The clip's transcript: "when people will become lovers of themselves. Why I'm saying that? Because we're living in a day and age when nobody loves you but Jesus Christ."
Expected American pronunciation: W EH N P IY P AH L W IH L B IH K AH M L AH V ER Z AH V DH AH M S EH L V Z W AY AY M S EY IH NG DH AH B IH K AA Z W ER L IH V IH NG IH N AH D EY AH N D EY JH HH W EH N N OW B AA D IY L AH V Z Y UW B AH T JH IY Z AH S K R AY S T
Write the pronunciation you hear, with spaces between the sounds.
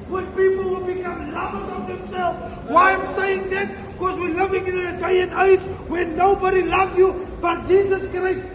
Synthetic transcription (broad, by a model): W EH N P IY P AH L W IH L B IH K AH M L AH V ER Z AH V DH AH M S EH L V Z W AY AY M S EY IH NG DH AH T K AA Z W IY L IH V IH NG IH N AH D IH AH N D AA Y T W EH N N OW B AA D IY L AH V Y UW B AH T JH IY Z AH S K R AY S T